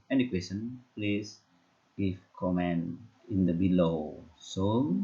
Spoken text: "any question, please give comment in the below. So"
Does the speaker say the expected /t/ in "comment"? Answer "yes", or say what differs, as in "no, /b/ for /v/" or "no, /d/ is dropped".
no, /t/ is dropped